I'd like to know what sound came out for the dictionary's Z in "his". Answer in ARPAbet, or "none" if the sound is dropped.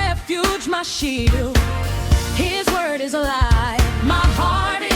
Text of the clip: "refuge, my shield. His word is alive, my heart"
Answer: Z